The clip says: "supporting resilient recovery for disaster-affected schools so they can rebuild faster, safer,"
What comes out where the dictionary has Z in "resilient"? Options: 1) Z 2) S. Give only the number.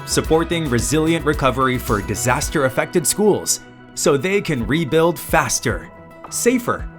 1